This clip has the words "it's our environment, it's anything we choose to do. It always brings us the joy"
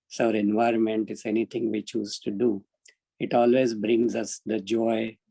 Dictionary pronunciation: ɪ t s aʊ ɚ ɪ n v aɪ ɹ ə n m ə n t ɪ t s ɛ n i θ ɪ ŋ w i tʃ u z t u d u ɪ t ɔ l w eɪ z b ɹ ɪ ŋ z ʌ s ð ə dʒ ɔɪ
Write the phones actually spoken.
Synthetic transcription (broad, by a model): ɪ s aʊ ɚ ɪ n v aɪ ɹ ə n m ə n t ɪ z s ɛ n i t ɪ ŋ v i tʃ u z t u d u ɪ t ɔ l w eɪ z b ɹ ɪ ŋ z ʌ s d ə dʒ ɔɪ